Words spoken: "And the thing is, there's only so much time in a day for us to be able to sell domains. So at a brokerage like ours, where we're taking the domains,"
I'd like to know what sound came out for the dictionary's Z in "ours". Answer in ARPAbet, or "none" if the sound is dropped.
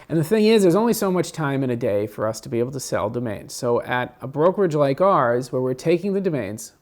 Z